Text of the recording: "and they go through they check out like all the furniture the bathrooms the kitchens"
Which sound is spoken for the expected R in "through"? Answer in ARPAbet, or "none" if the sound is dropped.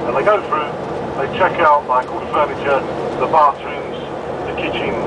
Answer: R